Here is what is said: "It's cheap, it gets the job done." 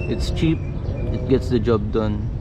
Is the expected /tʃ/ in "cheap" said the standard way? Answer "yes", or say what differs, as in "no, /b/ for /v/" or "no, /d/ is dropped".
yes